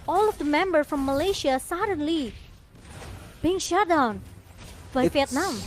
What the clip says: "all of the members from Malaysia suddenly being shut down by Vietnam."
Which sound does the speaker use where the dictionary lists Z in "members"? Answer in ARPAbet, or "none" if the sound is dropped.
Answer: none